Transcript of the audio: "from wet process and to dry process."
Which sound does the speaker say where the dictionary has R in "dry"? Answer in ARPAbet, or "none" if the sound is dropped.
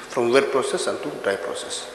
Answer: none